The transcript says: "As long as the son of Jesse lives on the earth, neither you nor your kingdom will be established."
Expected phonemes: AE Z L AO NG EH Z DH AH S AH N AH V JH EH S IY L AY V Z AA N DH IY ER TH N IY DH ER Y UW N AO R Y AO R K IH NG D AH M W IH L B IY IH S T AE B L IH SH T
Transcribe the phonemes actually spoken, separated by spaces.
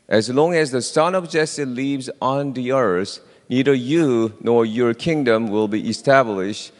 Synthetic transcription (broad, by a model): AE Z L AO NG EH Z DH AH S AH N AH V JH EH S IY L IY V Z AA N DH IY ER S N IY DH ER Y UW N AO R Y AO R K IH NG D AH M W IH L B IY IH S T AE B L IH SH T